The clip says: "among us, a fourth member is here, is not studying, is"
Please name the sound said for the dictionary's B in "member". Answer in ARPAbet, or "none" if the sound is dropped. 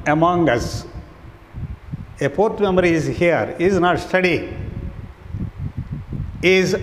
none